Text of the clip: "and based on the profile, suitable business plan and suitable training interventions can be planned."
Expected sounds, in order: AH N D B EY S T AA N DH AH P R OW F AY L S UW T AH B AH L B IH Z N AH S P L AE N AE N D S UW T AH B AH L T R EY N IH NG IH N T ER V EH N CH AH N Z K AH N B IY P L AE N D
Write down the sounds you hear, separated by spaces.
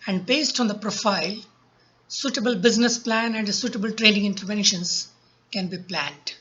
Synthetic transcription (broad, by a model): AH N D B EY S T AA N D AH P R OW F AY L S UW T AH B AH L B IH Z N AH S P L AE N AE N D S UW T AH B AH L T R EY L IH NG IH N T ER V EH N SH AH N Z K AH N B IY P L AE N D